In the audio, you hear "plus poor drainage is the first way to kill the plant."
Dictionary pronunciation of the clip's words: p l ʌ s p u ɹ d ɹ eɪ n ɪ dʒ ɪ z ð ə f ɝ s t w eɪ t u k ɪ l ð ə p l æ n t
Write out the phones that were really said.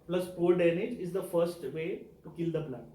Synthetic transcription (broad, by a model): p l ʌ s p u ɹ d eɪ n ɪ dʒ ɪ z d ə f ɝ s t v eɪ t u k ɪ l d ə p l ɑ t